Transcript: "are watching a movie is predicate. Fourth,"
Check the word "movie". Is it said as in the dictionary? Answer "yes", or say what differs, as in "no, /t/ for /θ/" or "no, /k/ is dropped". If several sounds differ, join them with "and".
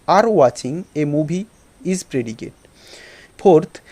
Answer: no, /b/ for /v/